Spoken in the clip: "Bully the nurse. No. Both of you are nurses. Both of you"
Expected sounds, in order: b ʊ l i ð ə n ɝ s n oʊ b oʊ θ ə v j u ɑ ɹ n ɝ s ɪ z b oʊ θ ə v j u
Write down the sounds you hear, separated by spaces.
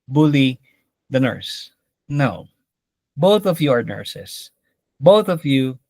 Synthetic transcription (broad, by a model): b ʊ l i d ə n ɝ s n oʊ b oʊ θ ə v j u ɑ ɹ n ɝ s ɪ s b oʊ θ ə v j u